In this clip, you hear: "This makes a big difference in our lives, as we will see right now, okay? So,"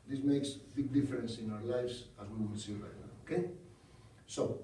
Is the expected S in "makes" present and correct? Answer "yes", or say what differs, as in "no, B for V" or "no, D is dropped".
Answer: yes